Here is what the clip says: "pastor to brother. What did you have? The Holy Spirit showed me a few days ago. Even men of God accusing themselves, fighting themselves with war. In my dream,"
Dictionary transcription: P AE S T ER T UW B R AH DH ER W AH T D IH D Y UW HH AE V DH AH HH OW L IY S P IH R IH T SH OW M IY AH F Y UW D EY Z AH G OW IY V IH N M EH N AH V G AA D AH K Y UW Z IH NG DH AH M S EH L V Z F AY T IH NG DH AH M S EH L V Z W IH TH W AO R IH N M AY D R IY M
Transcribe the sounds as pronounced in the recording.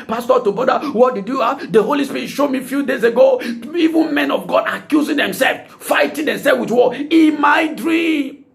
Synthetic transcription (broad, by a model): P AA S T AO T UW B AO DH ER W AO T D IH D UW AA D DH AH HH OW L IY S P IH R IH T SH OW M IY F Y UW D EY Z AH G OW IY V IH N M EH N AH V G AA D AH K Y UW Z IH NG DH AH M S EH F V F AY T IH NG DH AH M S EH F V W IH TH W AO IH M AY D R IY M